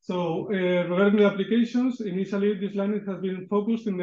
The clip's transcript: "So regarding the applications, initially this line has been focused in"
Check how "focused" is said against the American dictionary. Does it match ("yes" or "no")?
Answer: yes